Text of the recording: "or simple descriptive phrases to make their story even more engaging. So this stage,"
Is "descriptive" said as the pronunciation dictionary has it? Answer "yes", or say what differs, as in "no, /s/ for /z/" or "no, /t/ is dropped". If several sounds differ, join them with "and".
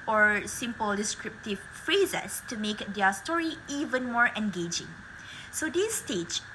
yes